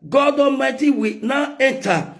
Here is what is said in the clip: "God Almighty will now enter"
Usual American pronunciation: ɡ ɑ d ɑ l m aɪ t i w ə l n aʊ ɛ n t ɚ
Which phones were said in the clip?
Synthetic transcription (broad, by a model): ɡ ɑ d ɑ m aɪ t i w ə n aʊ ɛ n t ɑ